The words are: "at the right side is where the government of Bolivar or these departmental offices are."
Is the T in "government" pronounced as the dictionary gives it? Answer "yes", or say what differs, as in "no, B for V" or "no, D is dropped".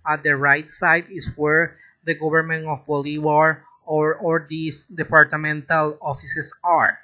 no, T is dropped